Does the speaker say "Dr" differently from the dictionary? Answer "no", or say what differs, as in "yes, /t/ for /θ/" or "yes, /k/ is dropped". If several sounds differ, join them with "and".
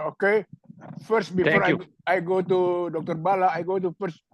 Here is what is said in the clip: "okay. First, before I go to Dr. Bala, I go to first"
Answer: no